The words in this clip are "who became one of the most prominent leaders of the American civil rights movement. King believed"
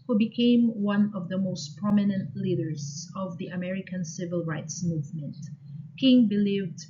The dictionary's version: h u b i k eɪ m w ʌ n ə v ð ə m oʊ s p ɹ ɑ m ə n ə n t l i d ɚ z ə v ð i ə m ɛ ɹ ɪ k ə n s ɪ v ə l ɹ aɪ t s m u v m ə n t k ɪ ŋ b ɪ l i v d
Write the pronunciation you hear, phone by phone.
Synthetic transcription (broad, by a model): h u b i k eɪ m w ʌ n ə v ð ə m oʊ s p ɹ ɑ m ə n ə n t l i d ɚ z ə v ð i ə m ɛ ɹ ɪ k ə n s ɪ v ə l ɹ aɪ t s m u v m ə n t k ɪ ŋ b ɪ l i v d